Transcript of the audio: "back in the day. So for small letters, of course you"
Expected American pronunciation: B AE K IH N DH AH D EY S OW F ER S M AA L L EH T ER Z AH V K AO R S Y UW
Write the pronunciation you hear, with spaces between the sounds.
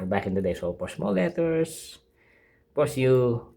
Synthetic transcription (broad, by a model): B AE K IH N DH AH D EY S OW P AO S M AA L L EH T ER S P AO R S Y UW